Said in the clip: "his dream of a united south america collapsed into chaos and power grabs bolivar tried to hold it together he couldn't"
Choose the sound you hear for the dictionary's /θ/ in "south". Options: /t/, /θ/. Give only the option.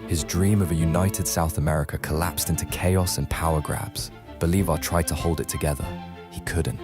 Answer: /θ/